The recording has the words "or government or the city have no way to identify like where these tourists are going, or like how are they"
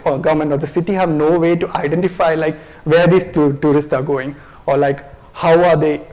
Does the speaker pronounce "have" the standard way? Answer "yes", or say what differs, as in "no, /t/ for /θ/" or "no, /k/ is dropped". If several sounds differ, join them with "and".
yes